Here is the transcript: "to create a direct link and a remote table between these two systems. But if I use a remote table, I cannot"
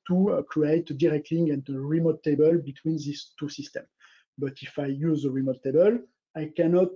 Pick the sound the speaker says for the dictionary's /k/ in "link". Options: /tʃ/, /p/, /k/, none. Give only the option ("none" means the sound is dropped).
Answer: none